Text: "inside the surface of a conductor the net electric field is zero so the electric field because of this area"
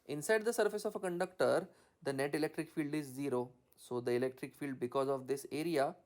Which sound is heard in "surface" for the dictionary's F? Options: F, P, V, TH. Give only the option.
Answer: F